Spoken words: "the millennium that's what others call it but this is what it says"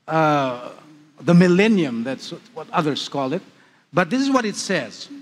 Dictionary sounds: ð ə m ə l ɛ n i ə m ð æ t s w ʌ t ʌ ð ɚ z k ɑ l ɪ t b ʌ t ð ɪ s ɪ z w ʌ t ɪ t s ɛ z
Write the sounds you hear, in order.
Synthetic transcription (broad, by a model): ð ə m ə l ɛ n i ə m ð æ t s w ʌ t ʌ ð ɚ z k ɑ l ɪ t b ʌ t ð ɪ s ɪ z w ʌ t ɪ t s ɛ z